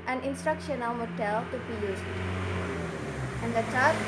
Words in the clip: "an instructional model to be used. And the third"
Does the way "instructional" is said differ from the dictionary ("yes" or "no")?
no